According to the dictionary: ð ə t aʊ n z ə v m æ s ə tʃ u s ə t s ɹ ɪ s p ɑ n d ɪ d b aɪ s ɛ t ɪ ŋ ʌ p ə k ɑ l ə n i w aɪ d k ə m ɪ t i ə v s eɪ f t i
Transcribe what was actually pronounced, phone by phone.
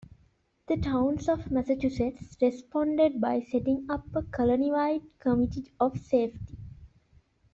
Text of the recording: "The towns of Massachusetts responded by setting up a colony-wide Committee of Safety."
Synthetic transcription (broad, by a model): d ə t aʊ n s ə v m æ s ə tʃ u s ə t s ɹ ɪ s p ɑ n d ɪ d b aɪ s ɛ t ɪ ŋ ʌ p ə k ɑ l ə n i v aɪ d k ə m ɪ t i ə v s eɪ f t i